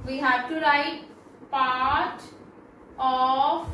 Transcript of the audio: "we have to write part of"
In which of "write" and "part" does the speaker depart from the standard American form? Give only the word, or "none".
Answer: none